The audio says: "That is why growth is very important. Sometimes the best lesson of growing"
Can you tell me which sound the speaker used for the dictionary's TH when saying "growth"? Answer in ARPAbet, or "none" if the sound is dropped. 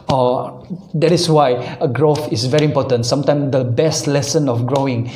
F